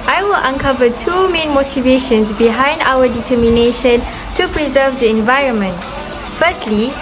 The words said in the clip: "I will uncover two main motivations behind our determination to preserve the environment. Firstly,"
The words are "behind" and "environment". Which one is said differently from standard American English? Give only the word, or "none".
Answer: none